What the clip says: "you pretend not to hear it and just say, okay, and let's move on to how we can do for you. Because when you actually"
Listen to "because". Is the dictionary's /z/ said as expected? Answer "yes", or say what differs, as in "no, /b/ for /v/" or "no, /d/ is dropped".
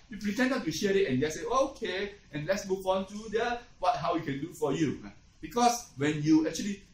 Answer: no, /s/ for /z/